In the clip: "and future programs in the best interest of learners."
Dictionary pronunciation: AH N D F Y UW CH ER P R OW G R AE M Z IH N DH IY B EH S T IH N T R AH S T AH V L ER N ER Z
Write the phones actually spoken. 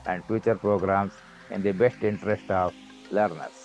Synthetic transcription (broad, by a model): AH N D F Y UW CH ER P R OW G R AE M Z IH N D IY B EH S T IH N T R AH S T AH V L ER N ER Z